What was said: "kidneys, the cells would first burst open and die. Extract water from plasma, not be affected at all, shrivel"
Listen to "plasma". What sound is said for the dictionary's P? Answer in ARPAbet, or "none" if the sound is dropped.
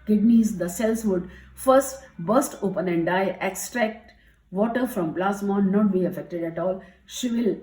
B